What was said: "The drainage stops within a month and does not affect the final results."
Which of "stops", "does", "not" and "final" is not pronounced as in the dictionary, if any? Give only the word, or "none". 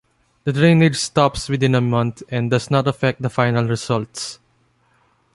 does